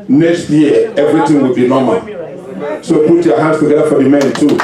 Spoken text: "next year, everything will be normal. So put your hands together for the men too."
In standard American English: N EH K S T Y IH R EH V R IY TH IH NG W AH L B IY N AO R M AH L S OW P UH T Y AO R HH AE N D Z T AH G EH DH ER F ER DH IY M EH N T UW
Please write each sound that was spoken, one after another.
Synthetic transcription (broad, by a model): N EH K S T Y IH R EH V R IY T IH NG W AH L B IY N AO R M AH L S OW P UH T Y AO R HH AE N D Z T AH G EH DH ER F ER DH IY M EH N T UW